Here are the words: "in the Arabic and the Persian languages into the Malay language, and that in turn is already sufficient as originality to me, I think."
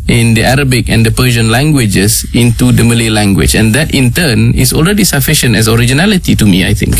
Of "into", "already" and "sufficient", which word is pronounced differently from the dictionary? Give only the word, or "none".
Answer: none